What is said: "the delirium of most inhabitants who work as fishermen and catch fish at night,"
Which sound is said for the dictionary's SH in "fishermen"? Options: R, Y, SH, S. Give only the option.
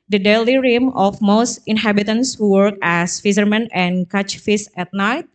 S